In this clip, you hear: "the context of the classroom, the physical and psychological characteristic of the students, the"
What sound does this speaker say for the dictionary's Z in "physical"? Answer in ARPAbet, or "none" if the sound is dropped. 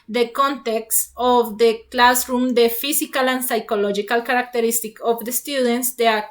S